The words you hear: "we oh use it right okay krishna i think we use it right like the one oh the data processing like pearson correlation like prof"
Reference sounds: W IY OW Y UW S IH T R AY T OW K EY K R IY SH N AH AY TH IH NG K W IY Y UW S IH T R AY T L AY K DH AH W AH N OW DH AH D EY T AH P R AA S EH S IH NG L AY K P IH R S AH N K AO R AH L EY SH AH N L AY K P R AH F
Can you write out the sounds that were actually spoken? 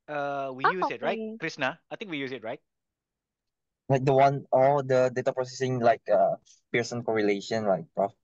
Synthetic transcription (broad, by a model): W IY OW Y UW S IH T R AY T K K R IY S N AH AY T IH NG K W IY Y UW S IH T R AY T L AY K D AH W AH N OW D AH D EY T AH P R AA S EH S IH NG L AY K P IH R S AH N K AO R AH L EY SH AH N L AY K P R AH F